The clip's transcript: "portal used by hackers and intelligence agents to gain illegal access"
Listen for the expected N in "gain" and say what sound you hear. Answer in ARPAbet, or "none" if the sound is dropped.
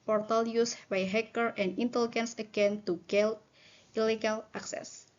L